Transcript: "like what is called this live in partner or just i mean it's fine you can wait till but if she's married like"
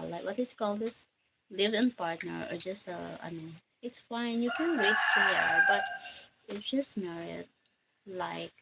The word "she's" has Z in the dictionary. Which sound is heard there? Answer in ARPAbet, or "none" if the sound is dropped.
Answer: S